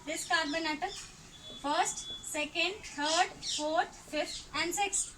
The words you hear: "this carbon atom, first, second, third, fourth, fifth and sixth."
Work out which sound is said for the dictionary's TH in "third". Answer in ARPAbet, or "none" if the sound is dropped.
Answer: T